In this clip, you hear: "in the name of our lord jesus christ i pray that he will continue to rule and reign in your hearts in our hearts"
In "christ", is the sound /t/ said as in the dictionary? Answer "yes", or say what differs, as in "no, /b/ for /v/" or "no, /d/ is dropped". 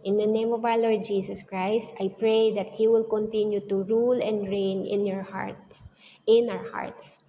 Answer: yes